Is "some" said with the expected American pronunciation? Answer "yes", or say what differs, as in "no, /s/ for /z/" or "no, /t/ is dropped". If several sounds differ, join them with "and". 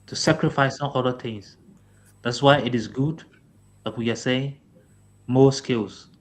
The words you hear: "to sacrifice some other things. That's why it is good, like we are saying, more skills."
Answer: no, /m/ is dropped